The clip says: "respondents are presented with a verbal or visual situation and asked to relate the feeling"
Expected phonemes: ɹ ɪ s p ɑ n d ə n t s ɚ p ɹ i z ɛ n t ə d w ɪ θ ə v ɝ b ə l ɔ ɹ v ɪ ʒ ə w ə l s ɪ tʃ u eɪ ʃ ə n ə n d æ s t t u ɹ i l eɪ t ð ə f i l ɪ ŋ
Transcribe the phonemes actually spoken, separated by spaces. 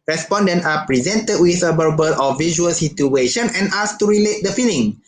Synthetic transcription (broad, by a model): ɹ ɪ s p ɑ n d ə n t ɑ p ɹ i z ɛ n t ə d w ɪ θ ə b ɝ b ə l ɔ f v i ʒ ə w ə l s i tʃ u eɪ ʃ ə n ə n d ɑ s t t u ɹ i l eɪ t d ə f i l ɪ ŋ